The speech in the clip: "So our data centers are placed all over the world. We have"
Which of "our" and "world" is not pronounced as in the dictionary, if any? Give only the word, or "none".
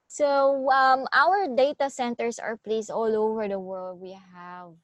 none